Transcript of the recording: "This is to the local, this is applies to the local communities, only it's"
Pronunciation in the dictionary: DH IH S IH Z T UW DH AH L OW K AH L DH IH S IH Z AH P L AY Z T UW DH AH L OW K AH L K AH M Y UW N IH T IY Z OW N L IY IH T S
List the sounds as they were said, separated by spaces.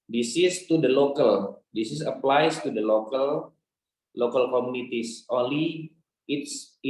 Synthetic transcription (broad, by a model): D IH S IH S T UW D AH L OW K AH L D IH S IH S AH P L AY S T UW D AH L OW K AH L K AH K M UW N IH T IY S OW N L IY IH T S